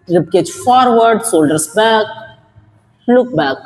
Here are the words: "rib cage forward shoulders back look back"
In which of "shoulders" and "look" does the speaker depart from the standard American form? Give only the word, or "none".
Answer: shoulders